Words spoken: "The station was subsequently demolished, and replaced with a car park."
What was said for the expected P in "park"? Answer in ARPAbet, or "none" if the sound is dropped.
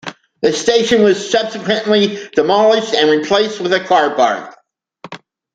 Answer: B